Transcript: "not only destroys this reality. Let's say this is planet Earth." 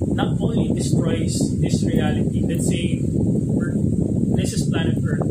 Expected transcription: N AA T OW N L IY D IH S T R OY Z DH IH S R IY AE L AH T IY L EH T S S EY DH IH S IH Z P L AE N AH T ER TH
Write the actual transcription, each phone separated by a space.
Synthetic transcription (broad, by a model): N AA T OW N L IY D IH S T R OY S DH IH S R IY AE L AH T IY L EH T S S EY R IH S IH S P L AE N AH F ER